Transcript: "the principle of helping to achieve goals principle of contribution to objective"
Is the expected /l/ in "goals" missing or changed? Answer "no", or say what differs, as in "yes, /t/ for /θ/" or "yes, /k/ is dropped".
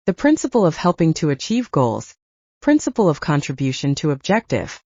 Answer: no